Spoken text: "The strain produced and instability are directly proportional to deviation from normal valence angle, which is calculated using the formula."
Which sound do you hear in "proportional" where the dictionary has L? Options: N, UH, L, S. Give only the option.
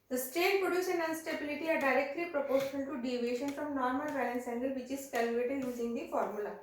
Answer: N